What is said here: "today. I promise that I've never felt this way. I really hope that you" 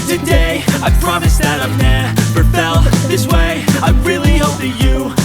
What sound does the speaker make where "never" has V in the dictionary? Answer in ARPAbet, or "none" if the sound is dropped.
P